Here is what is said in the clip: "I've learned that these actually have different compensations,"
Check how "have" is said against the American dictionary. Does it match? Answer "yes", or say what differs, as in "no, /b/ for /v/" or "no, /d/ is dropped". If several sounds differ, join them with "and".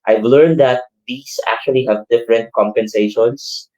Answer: yes